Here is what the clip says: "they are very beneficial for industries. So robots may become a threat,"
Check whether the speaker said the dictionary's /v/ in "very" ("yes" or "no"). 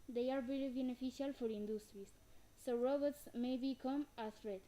no